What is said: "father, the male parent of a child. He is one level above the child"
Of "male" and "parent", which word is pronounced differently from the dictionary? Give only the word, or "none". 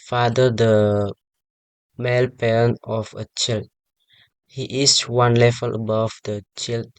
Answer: parent